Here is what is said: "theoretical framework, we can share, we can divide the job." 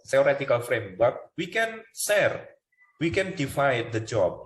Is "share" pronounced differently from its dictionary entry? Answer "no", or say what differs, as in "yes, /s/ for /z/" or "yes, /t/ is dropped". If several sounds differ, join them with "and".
yes, /s/ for /ʃ/